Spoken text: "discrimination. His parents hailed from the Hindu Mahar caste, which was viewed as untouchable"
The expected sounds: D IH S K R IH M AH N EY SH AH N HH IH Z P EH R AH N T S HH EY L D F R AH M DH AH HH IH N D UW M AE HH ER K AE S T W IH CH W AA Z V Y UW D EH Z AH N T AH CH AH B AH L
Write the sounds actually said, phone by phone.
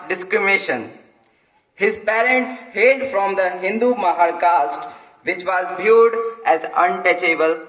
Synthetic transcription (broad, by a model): D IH S K R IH M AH N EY SH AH N HH IH Z P EH R AH N T S HH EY D F R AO M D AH HH IH N D UW M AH HH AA K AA S T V IH CH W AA Z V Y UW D EH Z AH N T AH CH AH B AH L